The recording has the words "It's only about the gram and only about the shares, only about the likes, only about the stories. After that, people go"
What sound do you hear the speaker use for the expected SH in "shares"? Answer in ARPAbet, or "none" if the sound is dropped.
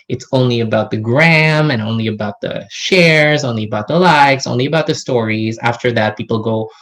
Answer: SH